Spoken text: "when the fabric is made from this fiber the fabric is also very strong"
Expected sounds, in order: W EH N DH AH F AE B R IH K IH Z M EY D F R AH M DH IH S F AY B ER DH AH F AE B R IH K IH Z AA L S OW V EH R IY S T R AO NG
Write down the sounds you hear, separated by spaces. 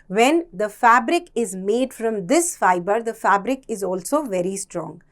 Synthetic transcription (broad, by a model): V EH N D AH F AE B R IH K IH Z M EY D F R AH M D IH S F AY B ER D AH F AE B R IH K IH Z AA L S OW V EH R IY S T R AO NG